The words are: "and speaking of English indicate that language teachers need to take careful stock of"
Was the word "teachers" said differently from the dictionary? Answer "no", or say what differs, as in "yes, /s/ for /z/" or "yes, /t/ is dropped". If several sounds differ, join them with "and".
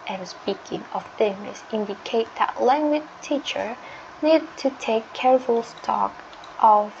yes, /z/ is dropped